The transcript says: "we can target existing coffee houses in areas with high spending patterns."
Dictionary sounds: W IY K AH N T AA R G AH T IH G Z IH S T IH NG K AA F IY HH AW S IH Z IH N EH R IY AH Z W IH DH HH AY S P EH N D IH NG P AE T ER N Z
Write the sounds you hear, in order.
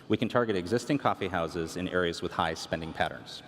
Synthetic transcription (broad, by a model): W IY K AH N T AA R G AH T IH G Z IH S T IH NG K AA F IY HH AW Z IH Z IH N EH R IY AH Z W IH DH HH AY S P EH N D IH NG P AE T ER N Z